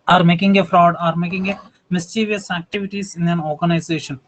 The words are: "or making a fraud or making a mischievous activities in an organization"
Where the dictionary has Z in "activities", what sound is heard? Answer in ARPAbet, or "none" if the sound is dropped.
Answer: S